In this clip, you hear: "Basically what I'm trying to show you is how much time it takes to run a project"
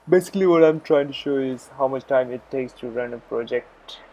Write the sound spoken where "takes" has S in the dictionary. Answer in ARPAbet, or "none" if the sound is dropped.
S